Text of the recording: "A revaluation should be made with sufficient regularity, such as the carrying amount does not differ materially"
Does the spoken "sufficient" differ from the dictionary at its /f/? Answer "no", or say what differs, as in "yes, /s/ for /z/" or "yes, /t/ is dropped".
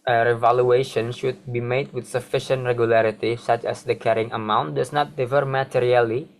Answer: no